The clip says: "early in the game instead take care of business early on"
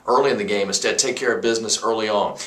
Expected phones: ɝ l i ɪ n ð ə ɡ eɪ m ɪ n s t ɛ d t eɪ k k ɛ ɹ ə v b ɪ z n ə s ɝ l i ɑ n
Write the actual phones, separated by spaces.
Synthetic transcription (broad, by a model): ɝ l i ɪ n ð ə ɡ eɪ m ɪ s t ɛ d t eɪ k k ɛ ɹ ə v b ɪ z n ə s ɝ l i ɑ n